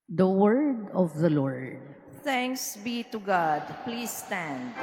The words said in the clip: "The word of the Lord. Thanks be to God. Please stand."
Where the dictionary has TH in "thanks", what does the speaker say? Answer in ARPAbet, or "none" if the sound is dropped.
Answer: T